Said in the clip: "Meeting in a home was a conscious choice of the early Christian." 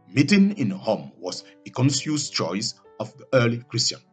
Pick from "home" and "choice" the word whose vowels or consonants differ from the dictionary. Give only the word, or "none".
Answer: none